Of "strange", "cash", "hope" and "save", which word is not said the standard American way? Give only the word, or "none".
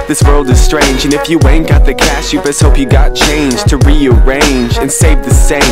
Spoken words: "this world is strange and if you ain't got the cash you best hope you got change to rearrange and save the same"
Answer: cash